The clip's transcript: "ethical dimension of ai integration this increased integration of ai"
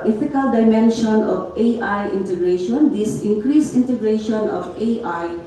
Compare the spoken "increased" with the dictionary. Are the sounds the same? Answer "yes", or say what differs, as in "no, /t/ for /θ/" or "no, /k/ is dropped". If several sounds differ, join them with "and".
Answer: no, /t/ is dropped